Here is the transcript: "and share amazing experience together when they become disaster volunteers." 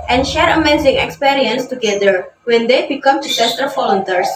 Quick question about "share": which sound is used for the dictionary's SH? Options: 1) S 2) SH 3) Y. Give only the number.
2